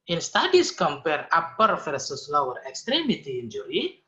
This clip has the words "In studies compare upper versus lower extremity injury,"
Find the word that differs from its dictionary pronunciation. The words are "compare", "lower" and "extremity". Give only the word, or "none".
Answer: none